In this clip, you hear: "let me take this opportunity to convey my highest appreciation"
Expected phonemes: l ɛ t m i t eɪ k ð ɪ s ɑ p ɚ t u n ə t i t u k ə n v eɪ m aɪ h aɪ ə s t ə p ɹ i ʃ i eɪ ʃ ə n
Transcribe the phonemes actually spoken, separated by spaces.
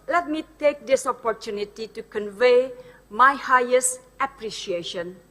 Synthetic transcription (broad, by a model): l ɛ t m i t eɪ k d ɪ s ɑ p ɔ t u n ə t i t u k ə n v eɪ m aɪ h aɪ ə s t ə p ɹ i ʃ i eɪ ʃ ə n